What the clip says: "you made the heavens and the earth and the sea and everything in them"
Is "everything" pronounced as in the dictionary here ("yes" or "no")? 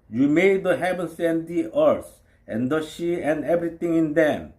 no